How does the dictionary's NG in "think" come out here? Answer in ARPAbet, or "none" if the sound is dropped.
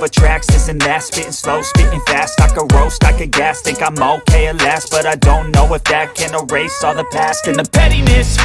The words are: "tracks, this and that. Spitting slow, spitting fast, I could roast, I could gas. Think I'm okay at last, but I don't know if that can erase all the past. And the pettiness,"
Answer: none